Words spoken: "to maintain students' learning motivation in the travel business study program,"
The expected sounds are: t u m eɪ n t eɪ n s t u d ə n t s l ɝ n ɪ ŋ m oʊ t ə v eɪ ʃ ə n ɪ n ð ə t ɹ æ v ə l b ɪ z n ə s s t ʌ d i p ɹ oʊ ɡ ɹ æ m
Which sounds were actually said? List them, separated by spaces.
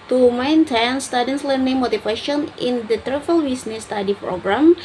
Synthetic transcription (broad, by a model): t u m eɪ n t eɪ n s t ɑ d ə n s l ɝ n ɪ ŋ m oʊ t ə f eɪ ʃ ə n ɪ n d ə t ɹ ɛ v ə l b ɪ s n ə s s t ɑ d i p ɹ oʊ ɡ ɹ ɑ m